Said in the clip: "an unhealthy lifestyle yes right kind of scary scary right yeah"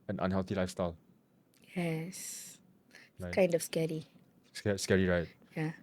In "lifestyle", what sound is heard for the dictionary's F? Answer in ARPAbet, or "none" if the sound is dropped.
F